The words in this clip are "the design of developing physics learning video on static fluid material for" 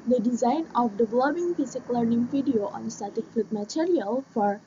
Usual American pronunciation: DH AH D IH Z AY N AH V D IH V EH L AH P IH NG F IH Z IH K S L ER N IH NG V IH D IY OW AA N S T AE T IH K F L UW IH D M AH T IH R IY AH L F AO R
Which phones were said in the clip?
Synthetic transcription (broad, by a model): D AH D IH Z AY N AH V D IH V L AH B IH NG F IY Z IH K L ER N IH NG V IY D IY OW AA N S T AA T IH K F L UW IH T M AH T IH R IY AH L F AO R